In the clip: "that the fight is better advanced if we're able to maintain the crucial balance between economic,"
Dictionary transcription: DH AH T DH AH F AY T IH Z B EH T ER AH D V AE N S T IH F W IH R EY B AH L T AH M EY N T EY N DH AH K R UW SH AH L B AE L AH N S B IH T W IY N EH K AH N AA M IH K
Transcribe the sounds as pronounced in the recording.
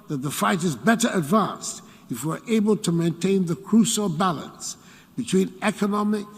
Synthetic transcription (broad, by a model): DH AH T DH AH F AY T IH Z B EH T ER AH D V AE N S T IH F W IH R EY B AH L T AH M EY N T EY N DH AH K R UW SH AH L B AE L AH N S B IH T W IY N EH K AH N AA M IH K